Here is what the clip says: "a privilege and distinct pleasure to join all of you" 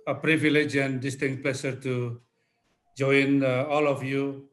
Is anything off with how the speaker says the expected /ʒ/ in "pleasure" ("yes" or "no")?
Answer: yes